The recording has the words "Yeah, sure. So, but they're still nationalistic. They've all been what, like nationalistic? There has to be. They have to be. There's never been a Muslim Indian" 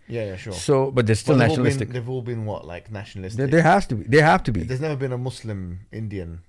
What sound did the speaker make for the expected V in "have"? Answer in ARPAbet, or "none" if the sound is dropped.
F